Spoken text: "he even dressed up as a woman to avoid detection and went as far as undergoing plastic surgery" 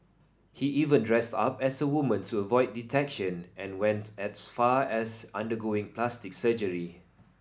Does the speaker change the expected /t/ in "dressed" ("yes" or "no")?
no